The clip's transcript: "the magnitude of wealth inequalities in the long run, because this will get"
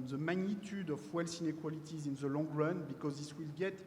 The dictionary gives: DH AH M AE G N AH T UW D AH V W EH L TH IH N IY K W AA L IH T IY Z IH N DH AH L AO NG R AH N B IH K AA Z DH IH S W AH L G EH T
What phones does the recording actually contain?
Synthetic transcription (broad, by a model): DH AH M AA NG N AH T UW D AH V W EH L S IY N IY K W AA L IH T IY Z IH N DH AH L AO NG R AH N B IH K AA Z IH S W AH L G EH T